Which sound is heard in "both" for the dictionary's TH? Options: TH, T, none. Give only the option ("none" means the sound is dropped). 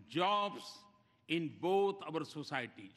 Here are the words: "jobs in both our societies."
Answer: T